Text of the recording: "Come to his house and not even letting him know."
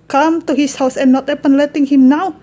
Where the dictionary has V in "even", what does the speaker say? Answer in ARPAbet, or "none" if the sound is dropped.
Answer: P